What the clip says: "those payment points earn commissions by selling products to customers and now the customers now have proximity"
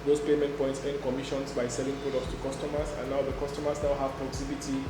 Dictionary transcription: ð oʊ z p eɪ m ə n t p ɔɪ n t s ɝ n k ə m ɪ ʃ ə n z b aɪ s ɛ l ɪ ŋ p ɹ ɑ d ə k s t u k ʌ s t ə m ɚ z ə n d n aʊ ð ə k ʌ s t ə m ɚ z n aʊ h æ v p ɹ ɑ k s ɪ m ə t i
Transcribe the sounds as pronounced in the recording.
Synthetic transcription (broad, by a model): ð oʊ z p eɪ m ə n t p ɔɪ n t s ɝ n k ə m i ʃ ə n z b aɪ s ɛ l ɪ ŋ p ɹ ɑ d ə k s t u k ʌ s t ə m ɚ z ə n n aʊ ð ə k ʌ s t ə m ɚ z n aʊ h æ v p ɹ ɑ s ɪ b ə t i